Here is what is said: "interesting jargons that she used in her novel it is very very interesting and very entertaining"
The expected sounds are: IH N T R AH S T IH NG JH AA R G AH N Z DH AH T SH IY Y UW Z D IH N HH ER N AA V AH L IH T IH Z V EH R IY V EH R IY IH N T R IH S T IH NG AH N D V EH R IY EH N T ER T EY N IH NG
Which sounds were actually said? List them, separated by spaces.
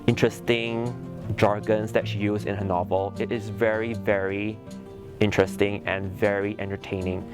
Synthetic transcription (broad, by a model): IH N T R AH S T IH NG JH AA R G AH N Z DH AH T SH IY Y UW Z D IH N HH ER N AA V AH L IH T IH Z V EH R IY V EH R IY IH N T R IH S T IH NG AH N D V EH R IY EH N T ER T EY N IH NG